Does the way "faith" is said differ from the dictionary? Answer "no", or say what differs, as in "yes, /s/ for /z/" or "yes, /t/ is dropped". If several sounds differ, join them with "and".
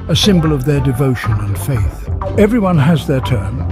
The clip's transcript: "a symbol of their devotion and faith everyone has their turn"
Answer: no